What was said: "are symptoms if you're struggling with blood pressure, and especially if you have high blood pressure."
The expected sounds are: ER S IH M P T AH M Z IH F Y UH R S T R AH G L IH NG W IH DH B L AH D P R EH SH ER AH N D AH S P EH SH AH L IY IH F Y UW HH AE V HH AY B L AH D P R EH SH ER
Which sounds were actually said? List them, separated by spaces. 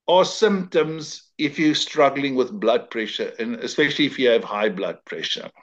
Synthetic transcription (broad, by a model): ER S IH M P T AH M Z IH F Y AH S T R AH G L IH NG W IH DH B L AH D P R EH SH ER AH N AH S P EH SH AH L IY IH F Y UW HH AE V HH AY B L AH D P R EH SH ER